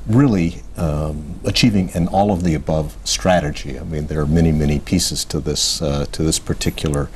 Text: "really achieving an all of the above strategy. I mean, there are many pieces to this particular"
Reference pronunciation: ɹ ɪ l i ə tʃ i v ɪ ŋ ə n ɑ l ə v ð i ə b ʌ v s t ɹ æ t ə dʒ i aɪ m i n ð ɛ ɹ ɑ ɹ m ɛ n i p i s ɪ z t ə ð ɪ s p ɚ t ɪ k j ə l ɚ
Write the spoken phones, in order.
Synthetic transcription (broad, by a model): ɹ ɪ l i ə tʃ i v ɪ ŋ ə n ɑ l ə v ð i ə b ʌ v s t ɹ æ t ə dʒ i aɪ m i n ð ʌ ɹ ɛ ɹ m ɛ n i p i s ɪ z t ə ð ɪ s p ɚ t ɪ k j l ɚ